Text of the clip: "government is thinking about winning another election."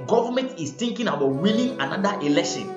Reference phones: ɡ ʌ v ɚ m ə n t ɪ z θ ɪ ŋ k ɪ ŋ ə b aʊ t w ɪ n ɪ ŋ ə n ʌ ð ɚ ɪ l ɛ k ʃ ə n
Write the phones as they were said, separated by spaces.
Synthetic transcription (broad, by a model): ɡ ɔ v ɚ m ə n t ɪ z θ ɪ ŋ k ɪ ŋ ə b aʊ t w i l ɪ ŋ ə n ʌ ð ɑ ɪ l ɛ k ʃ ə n